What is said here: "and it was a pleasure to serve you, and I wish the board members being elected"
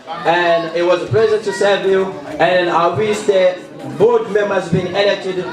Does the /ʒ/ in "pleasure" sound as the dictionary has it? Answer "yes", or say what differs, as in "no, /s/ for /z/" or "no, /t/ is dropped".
no, /z/ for /ʒ/